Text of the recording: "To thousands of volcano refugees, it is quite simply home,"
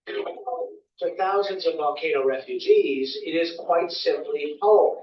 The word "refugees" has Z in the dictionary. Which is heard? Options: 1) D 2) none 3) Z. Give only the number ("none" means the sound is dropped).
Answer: 3